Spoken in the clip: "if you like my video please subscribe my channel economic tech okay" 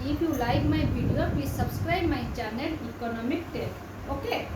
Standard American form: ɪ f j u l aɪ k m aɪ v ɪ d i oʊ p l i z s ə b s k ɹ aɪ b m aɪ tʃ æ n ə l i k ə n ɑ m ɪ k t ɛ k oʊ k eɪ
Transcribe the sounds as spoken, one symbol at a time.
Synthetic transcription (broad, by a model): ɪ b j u l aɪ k m aɪ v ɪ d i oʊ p i s ə b s k ɹ aɪ b m aɪ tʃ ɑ n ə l i k ə n ɑ m ɪ k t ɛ oʊ k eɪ